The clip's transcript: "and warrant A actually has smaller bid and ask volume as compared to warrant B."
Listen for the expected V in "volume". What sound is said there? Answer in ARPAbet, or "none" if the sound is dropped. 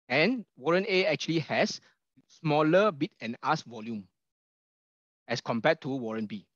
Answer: V